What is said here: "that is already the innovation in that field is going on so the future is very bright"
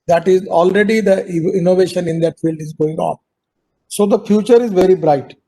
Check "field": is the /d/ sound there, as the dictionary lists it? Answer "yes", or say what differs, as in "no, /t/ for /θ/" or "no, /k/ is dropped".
yes